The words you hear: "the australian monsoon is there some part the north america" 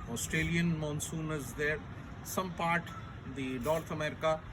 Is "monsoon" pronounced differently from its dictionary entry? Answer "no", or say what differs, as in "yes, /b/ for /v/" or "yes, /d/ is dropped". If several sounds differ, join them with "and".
no